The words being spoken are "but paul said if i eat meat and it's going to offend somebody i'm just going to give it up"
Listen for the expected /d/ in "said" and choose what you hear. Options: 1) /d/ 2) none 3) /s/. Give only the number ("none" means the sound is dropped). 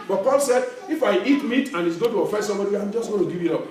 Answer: 1